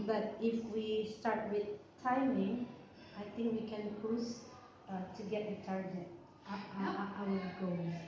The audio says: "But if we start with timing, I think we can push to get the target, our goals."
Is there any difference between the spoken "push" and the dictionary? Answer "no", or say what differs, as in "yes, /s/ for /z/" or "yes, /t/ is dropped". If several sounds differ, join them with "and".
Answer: yes, /s/ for /ʃ/